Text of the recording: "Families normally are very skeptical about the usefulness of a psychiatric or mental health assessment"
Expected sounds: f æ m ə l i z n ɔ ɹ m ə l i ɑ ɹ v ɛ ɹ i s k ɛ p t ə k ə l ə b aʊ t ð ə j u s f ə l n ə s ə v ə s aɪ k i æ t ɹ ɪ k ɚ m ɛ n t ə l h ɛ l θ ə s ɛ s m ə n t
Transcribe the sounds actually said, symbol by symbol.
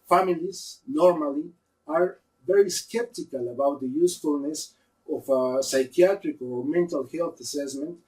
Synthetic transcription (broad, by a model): f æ m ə l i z n ɔ ɹ m ə l i ɑ ɹ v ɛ ɹ i s k ɛ p t ə k ə l ə b aʊ t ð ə j u s f ə l n ə s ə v ə s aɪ k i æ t ɹ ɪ k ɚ m ɛ n t ə l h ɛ l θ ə s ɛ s m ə n t